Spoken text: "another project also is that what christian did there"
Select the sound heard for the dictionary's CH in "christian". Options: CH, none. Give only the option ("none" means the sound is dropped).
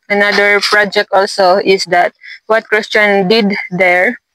CH